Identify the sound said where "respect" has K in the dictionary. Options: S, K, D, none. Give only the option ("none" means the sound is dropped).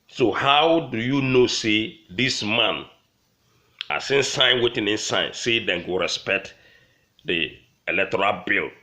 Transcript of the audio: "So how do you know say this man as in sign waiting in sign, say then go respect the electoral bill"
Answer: K